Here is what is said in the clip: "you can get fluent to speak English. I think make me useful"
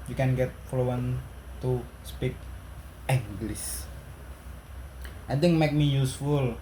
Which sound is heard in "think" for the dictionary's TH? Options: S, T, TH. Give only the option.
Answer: T